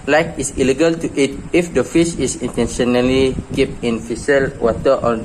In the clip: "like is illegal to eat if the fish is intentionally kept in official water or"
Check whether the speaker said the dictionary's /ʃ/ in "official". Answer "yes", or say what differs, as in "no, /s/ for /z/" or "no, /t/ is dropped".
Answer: no, /s/ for /ʃ/